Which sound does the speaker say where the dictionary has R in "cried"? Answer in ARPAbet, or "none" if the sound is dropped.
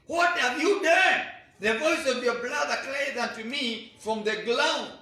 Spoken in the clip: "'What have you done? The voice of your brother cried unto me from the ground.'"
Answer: L